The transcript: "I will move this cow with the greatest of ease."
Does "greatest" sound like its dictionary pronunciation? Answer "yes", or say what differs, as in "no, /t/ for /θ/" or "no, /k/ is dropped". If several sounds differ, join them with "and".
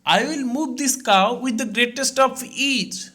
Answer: yes